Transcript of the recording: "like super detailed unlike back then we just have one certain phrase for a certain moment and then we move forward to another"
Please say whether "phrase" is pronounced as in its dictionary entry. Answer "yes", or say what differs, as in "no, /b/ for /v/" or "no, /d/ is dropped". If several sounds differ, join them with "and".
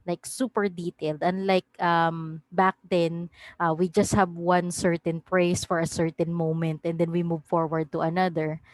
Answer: no, /p/ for /f/ and /s/ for /z/